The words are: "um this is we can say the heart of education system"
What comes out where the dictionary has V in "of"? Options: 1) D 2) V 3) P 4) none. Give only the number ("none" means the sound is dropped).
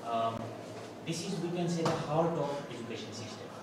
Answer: 3